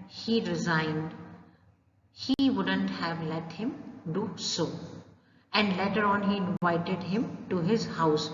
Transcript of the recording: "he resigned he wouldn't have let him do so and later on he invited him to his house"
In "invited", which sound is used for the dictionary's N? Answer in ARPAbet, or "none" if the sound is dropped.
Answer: N